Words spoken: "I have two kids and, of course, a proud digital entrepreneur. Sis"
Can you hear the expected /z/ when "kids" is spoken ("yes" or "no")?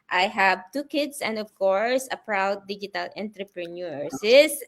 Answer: no